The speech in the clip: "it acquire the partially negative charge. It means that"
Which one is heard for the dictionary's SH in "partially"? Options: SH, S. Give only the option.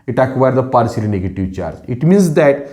S